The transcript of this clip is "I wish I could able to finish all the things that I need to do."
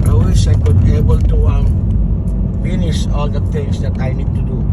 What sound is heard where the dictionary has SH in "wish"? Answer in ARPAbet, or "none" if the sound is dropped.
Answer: S